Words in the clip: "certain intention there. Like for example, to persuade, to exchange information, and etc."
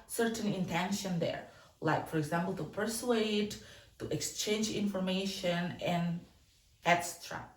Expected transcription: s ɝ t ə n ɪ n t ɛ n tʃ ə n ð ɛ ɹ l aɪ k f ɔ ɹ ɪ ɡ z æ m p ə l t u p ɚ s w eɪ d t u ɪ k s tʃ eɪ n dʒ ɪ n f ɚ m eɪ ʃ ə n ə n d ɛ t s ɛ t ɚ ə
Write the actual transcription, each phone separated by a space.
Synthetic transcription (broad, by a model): s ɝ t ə n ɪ n t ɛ n ʃ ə n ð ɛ ɹ l aɪ k f ɔ ɹ ɪ ɡ z æ m p ə l t u p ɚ s w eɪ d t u ɪ k s tʃ eɪ n dʒ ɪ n f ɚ m eɪ ʃ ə n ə n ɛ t s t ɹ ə